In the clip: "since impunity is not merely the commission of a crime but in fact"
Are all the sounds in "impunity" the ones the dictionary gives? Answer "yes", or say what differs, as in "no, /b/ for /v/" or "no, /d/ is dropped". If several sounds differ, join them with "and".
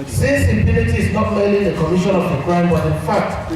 no, /l/ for /n/